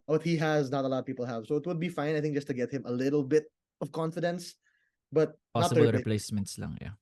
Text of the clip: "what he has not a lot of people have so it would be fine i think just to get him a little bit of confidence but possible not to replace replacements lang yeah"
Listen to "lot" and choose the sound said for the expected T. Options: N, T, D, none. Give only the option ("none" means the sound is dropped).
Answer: none